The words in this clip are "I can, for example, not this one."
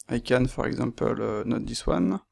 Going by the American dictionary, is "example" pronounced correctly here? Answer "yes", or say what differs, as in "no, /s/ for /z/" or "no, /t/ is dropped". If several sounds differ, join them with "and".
no, /m/ is dropped